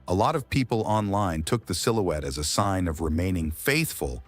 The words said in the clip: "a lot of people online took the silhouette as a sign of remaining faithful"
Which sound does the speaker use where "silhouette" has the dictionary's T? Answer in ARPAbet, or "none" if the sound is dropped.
T